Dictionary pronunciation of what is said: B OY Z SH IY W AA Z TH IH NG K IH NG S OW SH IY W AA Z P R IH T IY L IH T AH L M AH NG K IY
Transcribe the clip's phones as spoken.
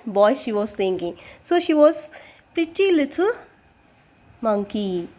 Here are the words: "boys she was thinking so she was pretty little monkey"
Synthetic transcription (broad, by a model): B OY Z SH IY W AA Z T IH NG K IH NG S OW SH IY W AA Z P R IH T IY L IH T AH L M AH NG K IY